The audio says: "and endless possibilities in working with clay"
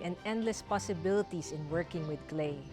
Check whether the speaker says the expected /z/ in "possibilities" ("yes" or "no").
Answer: no